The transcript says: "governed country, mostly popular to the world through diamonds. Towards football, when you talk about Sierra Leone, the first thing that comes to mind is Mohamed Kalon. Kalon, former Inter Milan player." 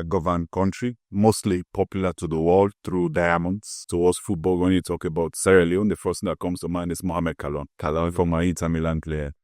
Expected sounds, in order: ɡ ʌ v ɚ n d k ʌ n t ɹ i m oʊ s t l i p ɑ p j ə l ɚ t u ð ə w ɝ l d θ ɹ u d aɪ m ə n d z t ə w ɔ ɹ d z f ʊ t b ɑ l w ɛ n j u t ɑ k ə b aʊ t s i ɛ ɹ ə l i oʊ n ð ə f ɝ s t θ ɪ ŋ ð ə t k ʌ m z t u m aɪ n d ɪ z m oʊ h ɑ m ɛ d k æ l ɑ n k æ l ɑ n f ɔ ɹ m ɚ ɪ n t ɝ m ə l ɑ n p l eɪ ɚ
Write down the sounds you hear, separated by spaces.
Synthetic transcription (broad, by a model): ɡ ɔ v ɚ n k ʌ n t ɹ i m oʊ s t l i p ɑ p j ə l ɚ t u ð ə w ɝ l d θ ɹ u d aɪ m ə n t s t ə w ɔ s f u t b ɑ l w ɛ n j u t ɑ k ə b aʊ t s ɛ ɹ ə l i oʊ n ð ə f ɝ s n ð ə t k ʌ m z t u m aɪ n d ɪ s m oʊ h ɑ m ɛ d k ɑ l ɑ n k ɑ l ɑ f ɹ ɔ m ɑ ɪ t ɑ m ə l ɑ n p l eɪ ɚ